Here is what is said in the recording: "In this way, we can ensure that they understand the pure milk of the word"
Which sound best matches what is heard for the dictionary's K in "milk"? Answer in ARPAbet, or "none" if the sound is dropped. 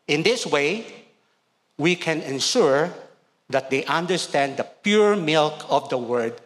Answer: K